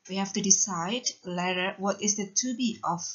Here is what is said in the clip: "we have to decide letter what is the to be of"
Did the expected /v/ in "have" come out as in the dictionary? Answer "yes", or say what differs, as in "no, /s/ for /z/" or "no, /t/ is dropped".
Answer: no, /f/ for /v/